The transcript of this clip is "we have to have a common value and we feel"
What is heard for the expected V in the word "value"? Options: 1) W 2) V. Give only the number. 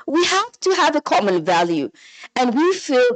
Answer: 2